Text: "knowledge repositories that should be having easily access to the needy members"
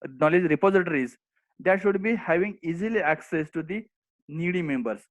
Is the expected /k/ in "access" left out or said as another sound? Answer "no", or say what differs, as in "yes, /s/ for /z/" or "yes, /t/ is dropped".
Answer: no